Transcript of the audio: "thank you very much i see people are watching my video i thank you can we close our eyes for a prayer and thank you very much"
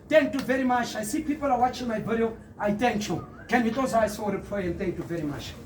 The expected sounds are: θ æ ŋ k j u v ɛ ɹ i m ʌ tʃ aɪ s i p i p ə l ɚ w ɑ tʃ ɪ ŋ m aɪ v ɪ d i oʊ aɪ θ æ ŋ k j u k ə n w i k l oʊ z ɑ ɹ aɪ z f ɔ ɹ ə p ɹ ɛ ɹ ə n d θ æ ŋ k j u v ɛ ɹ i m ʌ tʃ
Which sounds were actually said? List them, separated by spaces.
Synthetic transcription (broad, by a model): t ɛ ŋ k j u v ɛ ɹ i m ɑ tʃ aɪ s i p i p ə l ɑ w ɑ tʃ ɪ ŋ m aɪ b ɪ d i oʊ aɪ t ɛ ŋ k j u k ə n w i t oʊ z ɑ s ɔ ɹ ə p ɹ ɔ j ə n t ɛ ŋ k j u v ɛ ɹ i m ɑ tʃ